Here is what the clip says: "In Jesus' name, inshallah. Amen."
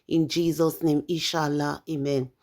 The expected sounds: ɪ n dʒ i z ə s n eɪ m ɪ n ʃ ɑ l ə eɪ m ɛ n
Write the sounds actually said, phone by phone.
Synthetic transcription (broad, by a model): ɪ n dʒ i z ə s n eɪ m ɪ ʃ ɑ l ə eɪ m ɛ n